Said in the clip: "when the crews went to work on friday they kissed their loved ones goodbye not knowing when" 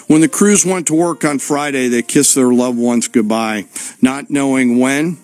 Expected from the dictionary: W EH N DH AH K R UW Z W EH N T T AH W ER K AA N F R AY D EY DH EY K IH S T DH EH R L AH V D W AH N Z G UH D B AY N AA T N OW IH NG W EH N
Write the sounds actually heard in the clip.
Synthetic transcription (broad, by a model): W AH N DH AH K R UW Z W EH N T T AH W ER K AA N F R AY D EY DH EY K IH S DH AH R L AH V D W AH N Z G UH D B AY N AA T N OW IH NG W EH N